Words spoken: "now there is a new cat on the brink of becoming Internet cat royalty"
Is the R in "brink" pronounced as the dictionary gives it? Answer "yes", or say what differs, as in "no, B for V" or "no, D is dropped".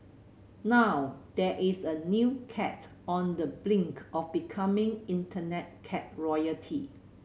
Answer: no, L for R